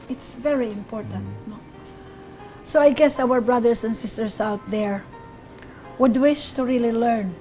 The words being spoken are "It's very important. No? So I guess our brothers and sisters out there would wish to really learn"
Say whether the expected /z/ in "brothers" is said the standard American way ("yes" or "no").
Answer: no